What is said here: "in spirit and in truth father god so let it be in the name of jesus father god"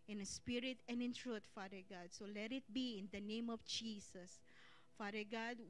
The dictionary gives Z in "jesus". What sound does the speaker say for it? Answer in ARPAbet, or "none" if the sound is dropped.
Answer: S